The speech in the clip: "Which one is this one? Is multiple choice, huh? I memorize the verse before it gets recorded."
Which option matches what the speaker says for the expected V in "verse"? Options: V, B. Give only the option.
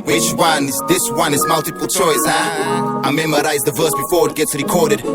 V